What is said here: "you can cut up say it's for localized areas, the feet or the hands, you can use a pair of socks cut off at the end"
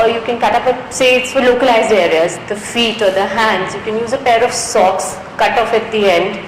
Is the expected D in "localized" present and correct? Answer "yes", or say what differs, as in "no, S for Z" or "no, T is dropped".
yes